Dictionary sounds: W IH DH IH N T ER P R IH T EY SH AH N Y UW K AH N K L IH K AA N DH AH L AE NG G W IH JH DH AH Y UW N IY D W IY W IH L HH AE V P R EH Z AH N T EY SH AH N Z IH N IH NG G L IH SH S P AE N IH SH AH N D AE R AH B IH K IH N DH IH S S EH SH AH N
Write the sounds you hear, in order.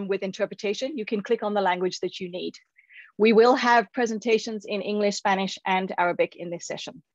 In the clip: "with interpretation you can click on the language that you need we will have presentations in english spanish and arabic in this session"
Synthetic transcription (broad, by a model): W IH DH IH N T ER P R IH T EY SH AH N Y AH K AH N K L IH K N DH AH L AE NG G W IH JH DH AH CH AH N IY D W IY W IH L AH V P R EH Z AH N T EY SH AH N Z IH N IH NG G L IH SH S P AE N IH SH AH N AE R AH B IH K IH N DH IH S S EH SH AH N